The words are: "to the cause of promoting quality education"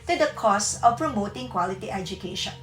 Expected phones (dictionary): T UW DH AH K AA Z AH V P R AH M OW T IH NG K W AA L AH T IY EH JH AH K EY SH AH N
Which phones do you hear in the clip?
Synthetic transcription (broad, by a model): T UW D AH K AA S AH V P R AH M OW T IH NG K W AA L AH T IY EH JH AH K EY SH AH N